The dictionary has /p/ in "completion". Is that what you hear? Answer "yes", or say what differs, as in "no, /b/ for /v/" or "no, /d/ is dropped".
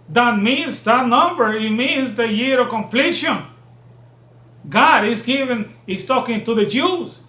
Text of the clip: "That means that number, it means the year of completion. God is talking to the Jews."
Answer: no, /f/ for /p/